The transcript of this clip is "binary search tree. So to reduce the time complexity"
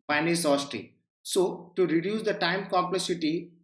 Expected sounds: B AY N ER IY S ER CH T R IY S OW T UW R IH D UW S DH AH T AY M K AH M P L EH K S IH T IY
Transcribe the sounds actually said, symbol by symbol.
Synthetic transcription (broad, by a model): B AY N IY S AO S T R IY S OW T UW R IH D UW S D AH T AY M K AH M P L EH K S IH T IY